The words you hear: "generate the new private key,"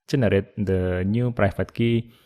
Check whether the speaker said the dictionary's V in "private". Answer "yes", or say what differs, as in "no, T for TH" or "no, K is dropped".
no, F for V